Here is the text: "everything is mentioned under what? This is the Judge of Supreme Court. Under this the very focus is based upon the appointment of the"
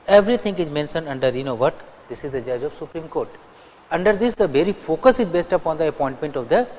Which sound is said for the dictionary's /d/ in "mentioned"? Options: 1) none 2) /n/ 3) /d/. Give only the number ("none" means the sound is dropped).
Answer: 1